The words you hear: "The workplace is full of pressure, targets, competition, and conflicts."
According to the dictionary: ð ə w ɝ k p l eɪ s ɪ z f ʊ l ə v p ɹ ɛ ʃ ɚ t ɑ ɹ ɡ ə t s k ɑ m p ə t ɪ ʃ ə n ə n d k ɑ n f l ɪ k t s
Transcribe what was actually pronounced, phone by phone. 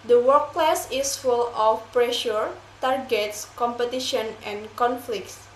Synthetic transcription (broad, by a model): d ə w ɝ k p l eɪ s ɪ s f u l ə f p ɹ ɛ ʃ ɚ t ɑ ɹ ɡ ə t s k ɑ m p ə t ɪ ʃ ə n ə n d k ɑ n f l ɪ k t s